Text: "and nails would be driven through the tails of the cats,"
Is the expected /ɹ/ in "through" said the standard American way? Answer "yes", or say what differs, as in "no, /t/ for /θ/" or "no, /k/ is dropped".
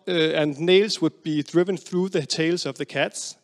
yes